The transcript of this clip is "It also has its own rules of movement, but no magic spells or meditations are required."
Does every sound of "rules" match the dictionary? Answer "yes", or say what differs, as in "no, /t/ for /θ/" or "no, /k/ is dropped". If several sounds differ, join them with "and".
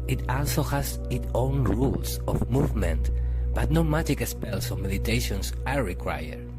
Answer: no, /s/ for /z/